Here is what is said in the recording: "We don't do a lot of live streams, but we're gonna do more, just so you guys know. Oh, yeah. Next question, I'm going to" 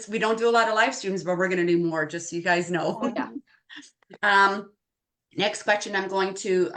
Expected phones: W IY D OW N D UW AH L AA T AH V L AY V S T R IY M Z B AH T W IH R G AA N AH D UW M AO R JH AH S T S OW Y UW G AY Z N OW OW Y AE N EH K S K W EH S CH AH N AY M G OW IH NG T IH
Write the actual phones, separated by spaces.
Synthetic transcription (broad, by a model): W IY D OW N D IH AH L AA T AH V L AY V S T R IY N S B AH T W IH R G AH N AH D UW M AO R JH AH S T Y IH G AY Z N OW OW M N EH K S K W EH S CH AH N AY M G OW IH NG T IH